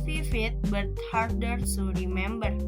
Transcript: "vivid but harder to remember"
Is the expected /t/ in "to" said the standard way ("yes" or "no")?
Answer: no